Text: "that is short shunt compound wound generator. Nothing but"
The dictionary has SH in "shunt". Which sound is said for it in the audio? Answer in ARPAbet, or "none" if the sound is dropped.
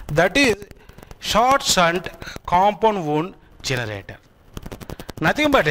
S